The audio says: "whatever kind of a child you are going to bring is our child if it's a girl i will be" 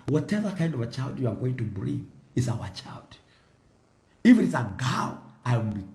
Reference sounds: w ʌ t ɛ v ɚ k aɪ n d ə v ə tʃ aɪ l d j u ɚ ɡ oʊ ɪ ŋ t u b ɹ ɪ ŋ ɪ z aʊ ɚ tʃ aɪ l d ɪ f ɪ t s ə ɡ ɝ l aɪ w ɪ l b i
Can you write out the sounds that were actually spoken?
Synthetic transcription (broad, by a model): w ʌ t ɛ v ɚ k aɪ n d ə v ə tʃ aɪ l d j u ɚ ɡ oʊ ɪ ŋ t u b l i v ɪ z aʊ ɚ tʃ aɪ l d ɪ f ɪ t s ə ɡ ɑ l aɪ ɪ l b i